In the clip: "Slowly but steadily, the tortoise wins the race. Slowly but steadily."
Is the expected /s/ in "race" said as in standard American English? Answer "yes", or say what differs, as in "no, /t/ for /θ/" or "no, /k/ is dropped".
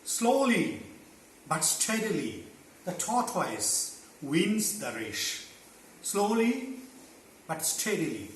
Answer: no, /ʃ/ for /s/